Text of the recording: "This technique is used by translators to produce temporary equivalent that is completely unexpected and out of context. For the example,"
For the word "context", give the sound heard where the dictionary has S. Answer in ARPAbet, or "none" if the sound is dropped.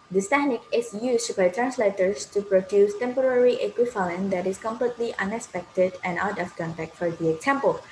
none